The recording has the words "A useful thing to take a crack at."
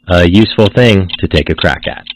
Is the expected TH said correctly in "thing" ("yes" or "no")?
yes